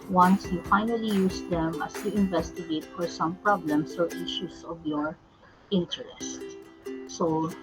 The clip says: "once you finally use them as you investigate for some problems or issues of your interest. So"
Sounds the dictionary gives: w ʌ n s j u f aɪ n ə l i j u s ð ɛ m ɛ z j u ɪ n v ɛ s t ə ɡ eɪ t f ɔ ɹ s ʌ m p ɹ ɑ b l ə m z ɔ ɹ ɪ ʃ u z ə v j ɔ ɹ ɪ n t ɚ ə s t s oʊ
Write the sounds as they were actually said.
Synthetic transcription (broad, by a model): w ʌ n s j u f aɪ n ə l i j u s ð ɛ m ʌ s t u ɪ n v ɛ s t ə ɡ eɪ t f ɔ ɹ s ʌ m p ɹ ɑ b l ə m s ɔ ɹ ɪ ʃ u s ə v j ɔ ɹ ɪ n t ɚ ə s t s oʊ